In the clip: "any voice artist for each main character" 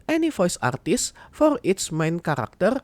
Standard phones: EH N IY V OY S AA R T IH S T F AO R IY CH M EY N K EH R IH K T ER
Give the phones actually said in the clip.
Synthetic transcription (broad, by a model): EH N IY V OY S AA R T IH S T F AO R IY S M EY N K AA R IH K T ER